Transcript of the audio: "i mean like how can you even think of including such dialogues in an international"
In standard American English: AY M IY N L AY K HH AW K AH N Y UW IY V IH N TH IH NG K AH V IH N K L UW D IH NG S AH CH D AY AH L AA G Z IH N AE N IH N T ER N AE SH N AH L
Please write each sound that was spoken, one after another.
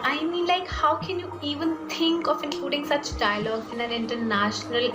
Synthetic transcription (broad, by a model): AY M IY N L AY K HH AW K AH N Y UW IY V IH N T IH NG K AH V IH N K L UW D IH NG S AH CH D AY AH L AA G IH N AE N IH N T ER N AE SH N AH L